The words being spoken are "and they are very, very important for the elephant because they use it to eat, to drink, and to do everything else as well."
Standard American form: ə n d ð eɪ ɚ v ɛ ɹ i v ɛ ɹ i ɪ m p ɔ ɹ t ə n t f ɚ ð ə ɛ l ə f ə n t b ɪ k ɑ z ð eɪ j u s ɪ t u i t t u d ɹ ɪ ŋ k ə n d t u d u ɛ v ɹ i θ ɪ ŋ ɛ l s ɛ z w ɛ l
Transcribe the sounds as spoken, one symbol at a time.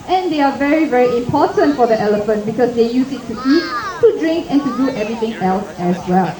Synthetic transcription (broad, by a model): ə n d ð eɪ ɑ v ɛ ɹ i v ɛ ɹ i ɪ m p ɔ t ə n t f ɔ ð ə ɛ l ə f ə n t b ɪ k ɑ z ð eɪ j u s ɪ t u i t t u d ɹ ɪ ŋ k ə n t u d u ɛ v ɹ i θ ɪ ŋ ɛ l s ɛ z w ɛ l